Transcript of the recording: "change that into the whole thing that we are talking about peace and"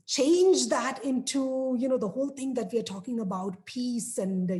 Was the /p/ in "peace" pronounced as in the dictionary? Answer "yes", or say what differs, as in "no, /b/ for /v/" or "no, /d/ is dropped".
yes